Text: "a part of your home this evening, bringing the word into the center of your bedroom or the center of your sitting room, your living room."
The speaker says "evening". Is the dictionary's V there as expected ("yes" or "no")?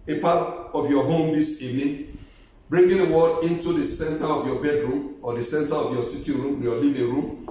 no